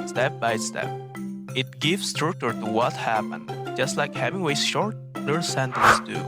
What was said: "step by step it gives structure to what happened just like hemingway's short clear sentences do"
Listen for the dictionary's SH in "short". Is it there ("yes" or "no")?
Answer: yes